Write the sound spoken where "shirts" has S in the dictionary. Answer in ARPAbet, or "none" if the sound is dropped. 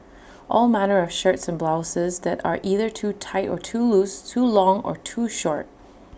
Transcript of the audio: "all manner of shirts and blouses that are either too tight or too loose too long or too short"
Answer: S